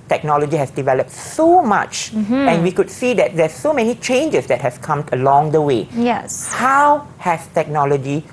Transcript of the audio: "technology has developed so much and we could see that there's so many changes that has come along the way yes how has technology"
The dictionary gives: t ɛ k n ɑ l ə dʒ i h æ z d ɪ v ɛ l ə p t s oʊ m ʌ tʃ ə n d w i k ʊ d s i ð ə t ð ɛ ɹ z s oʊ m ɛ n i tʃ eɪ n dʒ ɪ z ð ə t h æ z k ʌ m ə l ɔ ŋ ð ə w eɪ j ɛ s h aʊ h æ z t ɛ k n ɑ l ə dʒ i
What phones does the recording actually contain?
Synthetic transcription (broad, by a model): t ɛ k n ɑ l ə dʒ i h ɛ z d ɪ v ɛ l ə p t s oʊ m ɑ tʃ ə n w i k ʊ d s i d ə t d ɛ s oʊ m ɛ n i tʃ eɪ n dʒ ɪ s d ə t h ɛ s k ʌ m ə l ɔ ŋ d ə w eɪ j ɛ s h aʊ h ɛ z t ɛ k n ɑ l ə dʒ i